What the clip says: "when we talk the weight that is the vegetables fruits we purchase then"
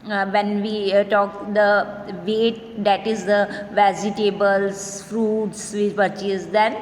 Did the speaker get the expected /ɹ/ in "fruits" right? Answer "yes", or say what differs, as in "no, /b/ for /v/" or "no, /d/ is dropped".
yes